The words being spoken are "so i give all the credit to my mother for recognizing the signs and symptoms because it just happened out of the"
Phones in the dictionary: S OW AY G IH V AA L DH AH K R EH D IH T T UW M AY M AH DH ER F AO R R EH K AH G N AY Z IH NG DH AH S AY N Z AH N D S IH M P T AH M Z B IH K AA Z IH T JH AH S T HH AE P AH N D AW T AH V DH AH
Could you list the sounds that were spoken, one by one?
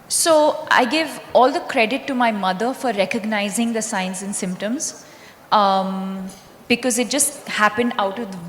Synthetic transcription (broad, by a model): S OW AY G IH V AA L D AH K R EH D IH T T UW M AY M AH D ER F AO R R EH K AH G N AY Z IH NG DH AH S AY N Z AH N S IH M P T AH M Z B IH K AA Z IH T JH AH S T HH AE P AH N D AW T AH V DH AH